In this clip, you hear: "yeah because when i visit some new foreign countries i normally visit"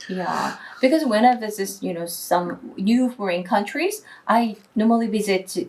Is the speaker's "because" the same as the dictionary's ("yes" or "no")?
yes